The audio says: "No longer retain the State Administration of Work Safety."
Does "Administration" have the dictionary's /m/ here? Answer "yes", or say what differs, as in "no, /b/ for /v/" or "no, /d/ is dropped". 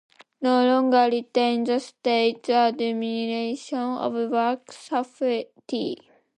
no, /m/ is dropped